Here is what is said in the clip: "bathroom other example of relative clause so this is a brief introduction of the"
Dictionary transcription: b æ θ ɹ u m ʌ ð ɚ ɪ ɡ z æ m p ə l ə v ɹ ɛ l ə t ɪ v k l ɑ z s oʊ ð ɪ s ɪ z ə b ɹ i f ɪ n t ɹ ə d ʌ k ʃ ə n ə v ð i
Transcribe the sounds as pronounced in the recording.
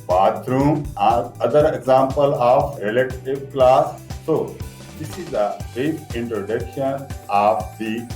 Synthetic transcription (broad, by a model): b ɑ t ɹ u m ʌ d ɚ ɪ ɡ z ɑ m p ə l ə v ɹ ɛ l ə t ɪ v k l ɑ s oʊ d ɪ s ɪ z ə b ɛ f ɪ n t ɹ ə d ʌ k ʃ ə n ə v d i